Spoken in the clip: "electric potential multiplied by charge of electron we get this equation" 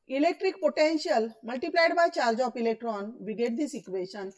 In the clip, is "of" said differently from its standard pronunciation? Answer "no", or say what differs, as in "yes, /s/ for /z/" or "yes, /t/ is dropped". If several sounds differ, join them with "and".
yes, /p/ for /v/